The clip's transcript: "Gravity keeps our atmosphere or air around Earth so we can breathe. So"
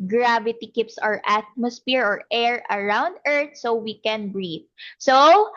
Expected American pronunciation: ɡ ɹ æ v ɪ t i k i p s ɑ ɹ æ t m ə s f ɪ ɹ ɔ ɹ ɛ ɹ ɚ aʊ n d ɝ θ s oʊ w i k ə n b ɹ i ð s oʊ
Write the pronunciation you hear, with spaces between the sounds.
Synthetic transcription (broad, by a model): ɡ ɹ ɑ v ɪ t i k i p s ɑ ɹ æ t m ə s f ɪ ɹ ɔ ɹ ɛ ɹ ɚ aʊ n d ɝ t s oʊ w i k ə n b ɹ i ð s oʊ